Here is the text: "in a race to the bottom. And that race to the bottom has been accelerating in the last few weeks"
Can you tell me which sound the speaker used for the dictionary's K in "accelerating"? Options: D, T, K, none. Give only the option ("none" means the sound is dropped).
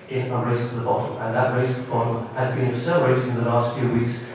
none